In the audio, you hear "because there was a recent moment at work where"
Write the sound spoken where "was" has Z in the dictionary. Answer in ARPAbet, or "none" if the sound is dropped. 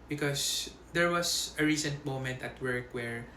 S